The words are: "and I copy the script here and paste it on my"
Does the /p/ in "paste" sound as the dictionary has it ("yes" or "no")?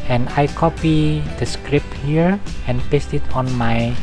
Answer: yes